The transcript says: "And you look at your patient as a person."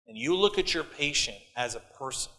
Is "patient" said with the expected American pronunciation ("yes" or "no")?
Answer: yes